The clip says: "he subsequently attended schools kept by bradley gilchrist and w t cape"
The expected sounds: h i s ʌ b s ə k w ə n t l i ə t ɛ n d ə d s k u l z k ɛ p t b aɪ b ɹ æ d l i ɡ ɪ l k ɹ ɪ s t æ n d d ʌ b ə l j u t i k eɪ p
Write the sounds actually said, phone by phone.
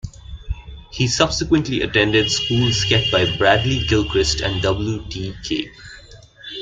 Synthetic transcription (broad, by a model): h i s ʌ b s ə k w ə n t l i ə t ɛ n d ə d s k u l s k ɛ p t b aɪ b ɹ æ d l i ɡ ɪ l k ɹ ɪ s t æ n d d ʌ b ə l j u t i k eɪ